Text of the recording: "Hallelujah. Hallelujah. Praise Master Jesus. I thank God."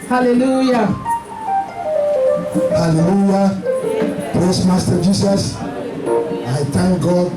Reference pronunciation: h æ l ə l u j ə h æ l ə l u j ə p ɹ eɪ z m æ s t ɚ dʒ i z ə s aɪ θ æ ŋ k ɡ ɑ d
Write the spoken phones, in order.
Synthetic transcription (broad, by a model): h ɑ l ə l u j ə h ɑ l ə l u j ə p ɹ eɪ s m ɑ s t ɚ dʒ i s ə s aɪ t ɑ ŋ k ɡ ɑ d